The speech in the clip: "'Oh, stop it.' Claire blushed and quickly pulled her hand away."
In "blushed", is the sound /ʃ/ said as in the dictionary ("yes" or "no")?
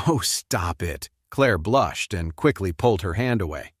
yes